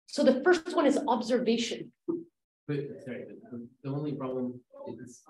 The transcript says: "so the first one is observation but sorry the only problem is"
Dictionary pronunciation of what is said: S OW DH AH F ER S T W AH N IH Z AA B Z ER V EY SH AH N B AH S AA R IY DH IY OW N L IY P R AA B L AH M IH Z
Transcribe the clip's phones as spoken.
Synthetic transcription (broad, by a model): S OW DH AH F ER S T W AH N IH Z AA B Z ER V EY SH AH N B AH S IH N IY DH IY OW N L IY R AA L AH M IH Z